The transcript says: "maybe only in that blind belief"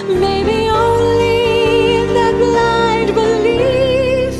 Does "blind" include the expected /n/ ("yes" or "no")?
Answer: no